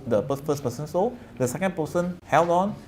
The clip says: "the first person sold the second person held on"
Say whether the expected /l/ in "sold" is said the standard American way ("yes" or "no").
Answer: no